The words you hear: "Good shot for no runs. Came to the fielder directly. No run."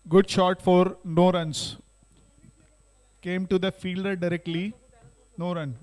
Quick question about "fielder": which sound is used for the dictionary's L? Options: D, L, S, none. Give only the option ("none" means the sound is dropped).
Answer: L